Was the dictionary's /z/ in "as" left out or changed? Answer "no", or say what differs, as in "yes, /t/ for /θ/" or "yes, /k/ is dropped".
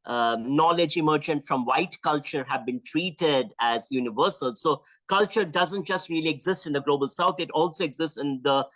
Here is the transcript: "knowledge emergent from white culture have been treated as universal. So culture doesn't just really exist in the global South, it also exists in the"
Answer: no